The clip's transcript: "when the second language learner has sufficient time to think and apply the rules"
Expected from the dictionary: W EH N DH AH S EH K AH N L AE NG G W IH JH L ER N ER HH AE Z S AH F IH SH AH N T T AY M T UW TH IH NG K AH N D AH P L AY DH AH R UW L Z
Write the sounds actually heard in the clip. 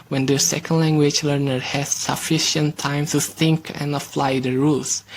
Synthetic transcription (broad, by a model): W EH N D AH S EH K AH N L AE NG G W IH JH L ER N ER HH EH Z S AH F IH SH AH N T T AY M T UW TH IH NG K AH N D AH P L AY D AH R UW L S